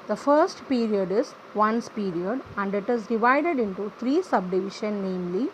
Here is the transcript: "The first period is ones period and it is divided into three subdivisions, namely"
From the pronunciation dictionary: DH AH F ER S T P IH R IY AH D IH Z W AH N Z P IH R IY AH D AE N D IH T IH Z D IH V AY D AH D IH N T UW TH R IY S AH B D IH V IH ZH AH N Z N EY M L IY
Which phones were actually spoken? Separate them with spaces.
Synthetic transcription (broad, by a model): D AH F ER S T P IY R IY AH D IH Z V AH N S P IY R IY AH D AE N D IH T IH Z D IH V AY D AH D IH N T UW T R IY S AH B D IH V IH SH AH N N EY M L IY